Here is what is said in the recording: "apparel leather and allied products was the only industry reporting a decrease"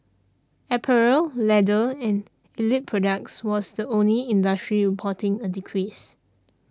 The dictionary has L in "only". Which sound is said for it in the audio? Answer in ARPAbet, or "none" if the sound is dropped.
L